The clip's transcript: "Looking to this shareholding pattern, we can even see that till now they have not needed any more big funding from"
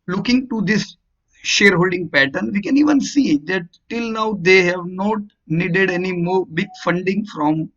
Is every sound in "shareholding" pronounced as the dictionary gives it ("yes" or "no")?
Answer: yes